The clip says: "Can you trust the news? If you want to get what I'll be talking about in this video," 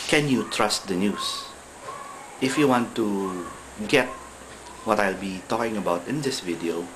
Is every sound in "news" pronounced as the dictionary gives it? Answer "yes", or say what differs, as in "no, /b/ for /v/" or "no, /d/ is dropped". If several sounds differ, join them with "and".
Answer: no, /s/ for /z/